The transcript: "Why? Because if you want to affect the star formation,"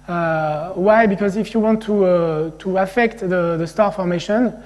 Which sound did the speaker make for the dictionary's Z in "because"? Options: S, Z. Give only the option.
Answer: Z